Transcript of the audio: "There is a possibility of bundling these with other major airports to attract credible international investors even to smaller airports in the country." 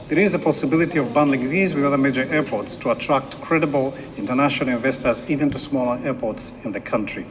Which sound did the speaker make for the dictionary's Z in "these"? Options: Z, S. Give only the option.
Z